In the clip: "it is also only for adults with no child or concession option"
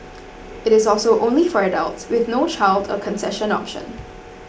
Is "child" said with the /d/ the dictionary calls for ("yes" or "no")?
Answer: yes